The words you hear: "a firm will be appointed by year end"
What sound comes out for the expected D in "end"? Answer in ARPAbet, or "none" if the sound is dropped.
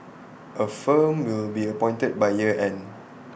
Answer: none